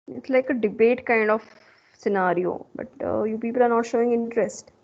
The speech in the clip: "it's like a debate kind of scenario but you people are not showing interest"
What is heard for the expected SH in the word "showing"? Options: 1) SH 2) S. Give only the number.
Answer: 1